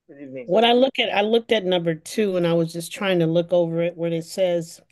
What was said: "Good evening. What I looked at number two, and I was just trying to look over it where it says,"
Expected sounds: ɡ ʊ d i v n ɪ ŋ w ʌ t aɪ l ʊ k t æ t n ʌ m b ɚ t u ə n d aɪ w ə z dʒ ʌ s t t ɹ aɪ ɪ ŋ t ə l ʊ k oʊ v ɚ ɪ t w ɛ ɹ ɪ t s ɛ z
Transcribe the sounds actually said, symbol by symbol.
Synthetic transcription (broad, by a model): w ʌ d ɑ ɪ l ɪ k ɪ t aɪ l ʊ k t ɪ t n ʌ m b ɚ t u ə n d aɪ w ə z dʒ ʌ s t t ɹ aɪ ɪ ŋ t ə l ʊ k oʊ v ɚ ɪ t w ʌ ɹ ɪ t s ɛ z